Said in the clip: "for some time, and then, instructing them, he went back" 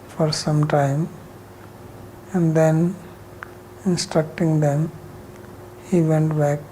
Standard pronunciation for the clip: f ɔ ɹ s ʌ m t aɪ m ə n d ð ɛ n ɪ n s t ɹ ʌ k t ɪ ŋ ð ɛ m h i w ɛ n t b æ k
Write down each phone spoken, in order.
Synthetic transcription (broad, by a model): f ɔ ɹ s ʌ m t aɪ m ə n d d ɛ n ɪ n s t ɹ ʌ k t ɪ ŋ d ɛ m h i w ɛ n t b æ k